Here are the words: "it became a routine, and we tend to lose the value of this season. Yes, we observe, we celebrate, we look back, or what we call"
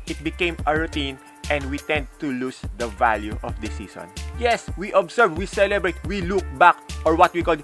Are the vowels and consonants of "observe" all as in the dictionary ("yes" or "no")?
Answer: no